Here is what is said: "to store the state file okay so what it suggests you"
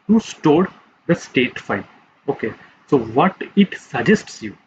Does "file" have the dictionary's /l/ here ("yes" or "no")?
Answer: no